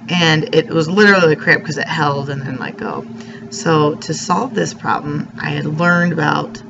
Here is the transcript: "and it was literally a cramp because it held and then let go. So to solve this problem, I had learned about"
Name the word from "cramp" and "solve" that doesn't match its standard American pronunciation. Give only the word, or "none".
cramp